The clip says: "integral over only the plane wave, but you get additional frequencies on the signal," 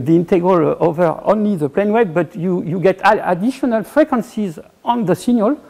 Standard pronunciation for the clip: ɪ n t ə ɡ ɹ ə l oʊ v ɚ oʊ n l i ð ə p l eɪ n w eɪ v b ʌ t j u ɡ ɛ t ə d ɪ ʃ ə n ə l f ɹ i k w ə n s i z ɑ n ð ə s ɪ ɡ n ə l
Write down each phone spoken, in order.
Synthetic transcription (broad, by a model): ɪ n t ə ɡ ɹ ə l oʊ v ɚ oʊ n l i ð ə p l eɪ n w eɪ b b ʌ t j u ɡ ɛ t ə d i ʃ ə n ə l f ɹ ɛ k w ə n s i z ɑ n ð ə s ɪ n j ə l